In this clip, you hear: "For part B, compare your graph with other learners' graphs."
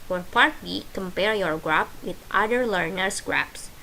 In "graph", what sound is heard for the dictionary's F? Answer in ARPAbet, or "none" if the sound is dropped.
P